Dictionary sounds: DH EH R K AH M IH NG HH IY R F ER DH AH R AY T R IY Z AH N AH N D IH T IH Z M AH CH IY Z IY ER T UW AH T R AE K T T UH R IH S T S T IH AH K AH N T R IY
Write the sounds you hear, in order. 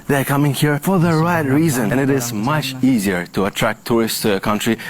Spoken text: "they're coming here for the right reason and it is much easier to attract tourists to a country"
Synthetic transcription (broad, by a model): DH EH R K AH M IH NG HH IY R F ER DH AH R AY T R IY Z AH N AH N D IH T IH Z M AH CH IY Z IY ER T UW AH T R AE K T T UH R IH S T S T IH AH K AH N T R IY